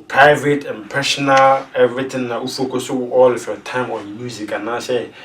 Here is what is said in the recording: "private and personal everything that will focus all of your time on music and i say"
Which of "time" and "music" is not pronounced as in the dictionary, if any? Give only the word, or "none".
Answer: none